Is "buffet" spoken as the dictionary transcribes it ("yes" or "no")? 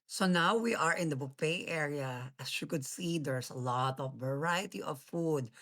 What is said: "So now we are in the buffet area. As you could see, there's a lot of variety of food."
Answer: no